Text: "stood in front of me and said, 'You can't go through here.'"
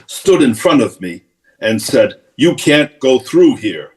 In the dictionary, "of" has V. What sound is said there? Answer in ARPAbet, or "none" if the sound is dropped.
V